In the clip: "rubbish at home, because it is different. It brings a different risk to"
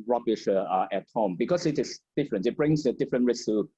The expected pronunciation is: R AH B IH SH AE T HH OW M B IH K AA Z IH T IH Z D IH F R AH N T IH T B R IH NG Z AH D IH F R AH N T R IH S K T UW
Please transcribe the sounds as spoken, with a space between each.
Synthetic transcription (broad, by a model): R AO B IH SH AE T HH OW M B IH K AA S IH T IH S D IH F R AH N T IH T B R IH NG S AH D IH F R AH N T R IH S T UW